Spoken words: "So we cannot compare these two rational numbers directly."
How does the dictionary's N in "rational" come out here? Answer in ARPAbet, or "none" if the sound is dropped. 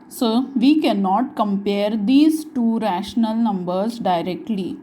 N